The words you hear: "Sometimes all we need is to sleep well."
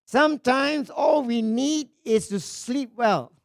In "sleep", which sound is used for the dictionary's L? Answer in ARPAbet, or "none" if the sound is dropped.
L